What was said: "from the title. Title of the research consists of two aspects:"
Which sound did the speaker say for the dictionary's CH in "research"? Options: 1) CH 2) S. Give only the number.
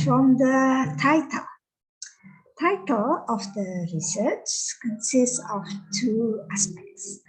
1